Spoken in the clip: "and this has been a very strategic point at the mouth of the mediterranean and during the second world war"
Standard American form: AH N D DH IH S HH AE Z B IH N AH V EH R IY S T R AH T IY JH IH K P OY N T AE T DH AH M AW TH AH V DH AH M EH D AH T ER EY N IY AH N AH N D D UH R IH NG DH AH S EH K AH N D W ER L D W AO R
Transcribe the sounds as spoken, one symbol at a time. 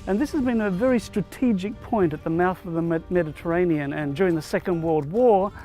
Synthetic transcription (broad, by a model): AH N DH IH S HH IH Z B IH N AH V EH R IY S T R AH T IY JH IH K P OY N T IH T DH AH M AW TH AH V DH AH M EH D AH T ER EY N IY AH N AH N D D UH R IH NG DH AH S EH K AH N D W ER L D W AO R